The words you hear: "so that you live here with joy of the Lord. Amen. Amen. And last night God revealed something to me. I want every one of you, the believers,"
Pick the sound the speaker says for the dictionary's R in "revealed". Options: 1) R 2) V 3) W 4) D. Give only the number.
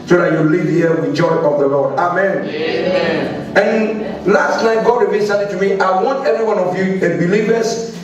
3